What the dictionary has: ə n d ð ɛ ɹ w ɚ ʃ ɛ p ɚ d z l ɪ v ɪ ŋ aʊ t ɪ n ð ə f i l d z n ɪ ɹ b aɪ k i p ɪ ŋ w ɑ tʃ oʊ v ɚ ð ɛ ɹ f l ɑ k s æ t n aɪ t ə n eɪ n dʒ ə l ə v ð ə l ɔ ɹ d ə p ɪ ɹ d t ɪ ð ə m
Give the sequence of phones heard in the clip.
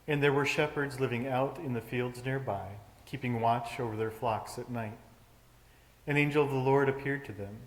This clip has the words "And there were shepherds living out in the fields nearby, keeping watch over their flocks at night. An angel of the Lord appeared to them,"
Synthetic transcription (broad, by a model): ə n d ð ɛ ɹ w ɚ ʃ ɛ p ɚ d z l ɪ v ɪ ŋ aʊ t ɪ n ð ə f i l d z n ɪ ɹ b aɪ k i p ɪ ŋ w ɑ tʃ oʊ v ɚ ð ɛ ɹ f l ɑ k s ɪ t n aɪ t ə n eɪ n dʒ ə l ə v ð ə l ɔ ɹ d ə p ɪ ɹ d t ɪ ð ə m